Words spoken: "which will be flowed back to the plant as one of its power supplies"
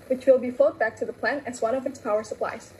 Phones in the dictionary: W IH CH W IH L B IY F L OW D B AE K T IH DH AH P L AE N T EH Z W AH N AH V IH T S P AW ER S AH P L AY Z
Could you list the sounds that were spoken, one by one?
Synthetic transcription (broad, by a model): W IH CH W IH L B IY F OW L B AE K T IH DH AH P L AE N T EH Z W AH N AH V IH T S P AW ER S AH P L AY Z